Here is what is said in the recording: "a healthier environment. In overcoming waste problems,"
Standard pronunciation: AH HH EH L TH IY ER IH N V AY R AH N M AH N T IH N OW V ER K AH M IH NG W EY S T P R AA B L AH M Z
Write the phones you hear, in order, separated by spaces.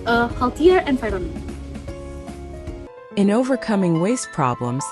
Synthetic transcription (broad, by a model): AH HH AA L T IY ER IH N F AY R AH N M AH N IH N OW V ER K AH M IH NG W EY S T P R AA B L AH M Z